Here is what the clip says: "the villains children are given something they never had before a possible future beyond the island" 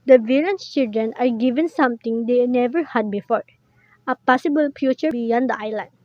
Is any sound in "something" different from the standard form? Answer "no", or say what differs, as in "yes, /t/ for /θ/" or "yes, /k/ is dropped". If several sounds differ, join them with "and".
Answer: yes, /t/ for /θ/